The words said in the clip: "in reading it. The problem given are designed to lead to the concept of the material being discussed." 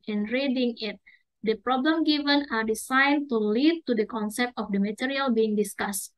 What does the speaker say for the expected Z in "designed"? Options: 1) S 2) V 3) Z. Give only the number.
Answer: 1